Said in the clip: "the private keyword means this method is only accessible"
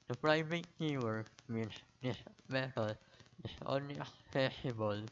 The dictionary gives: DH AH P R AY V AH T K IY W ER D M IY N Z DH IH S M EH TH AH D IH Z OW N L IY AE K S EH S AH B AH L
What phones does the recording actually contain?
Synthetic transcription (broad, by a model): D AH P R AY V AH T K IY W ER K M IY N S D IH S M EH T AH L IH S OW N L IY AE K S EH S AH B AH L